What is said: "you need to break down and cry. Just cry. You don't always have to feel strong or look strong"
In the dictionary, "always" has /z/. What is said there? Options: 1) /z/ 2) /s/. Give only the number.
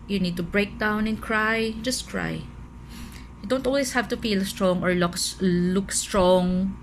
2